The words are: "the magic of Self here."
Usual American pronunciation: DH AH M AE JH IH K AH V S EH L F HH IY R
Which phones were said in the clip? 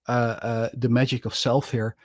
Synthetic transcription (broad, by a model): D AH M AE JH IH K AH F S EH L F HH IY R